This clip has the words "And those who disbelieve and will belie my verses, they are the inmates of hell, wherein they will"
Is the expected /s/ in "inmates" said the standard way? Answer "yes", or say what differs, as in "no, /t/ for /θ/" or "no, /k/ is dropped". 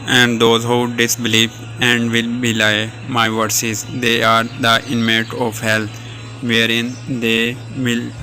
no, /s/ is dropped